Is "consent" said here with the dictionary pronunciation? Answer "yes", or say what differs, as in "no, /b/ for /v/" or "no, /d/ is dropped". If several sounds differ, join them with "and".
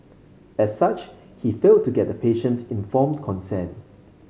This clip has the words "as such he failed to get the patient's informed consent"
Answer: no, /t/ is dropped